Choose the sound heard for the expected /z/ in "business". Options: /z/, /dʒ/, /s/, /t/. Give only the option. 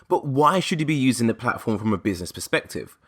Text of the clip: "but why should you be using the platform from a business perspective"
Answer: /z/